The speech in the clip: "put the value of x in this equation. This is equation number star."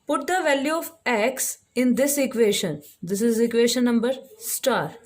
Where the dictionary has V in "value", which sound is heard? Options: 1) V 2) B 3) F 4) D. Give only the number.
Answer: 1